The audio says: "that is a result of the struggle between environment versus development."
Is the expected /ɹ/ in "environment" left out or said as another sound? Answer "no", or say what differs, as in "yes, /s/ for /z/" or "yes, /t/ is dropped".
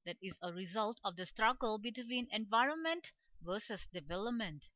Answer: no